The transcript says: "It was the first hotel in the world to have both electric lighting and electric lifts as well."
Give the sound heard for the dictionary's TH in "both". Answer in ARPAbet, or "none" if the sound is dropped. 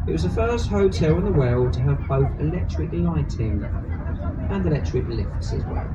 TH